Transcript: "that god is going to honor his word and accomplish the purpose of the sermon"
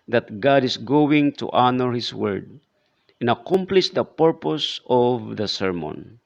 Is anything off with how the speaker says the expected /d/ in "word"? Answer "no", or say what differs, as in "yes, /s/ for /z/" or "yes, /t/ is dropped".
no